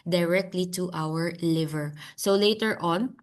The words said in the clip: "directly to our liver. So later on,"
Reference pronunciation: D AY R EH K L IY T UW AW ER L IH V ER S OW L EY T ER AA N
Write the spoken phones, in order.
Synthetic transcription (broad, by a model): D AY R EH K L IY T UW AW ER L IH V ER S OW L EY T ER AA N